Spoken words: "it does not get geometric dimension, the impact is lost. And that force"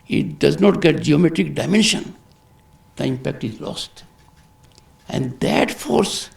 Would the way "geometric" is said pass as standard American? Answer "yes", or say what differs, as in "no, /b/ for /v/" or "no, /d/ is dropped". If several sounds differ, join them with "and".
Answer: yes